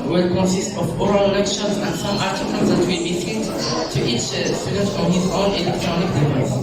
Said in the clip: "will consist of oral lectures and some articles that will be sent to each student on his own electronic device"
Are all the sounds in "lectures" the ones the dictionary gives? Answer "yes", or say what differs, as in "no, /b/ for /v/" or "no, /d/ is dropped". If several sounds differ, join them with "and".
no, /ʃ/ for /tʃ/